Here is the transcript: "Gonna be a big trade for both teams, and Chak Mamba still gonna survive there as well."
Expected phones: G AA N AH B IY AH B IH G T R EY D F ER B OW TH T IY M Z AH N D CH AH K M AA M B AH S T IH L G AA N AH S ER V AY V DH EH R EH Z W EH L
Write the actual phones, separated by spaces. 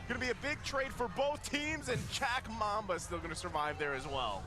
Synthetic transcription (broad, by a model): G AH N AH B IY AH B IH G T R EY D F ER B OW TH T IY M Z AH N CH AH K M AA M B AH S T IH L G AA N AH S ER V AY V DH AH R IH Z W EH L